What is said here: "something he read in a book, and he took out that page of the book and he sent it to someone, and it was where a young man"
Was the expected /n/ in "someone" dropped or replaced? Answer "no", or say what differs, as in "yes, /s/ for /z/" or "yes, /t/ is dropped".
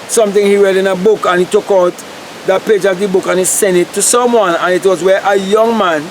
no